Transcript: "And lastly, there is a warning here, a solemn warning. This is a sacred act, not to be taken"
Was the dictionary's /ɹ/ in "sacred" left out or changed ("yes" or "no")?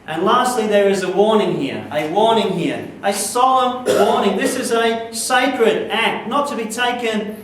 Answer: no